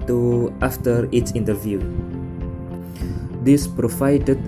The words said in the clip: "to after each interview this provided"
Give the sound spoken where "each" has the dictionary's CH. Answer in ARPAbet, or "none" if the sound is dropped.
S